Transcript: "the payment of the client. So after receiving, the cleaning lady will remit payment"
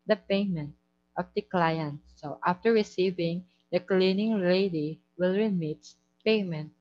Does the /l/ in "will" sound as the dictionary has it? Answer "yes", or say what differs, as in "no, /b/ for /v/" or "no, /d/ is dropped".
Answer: yes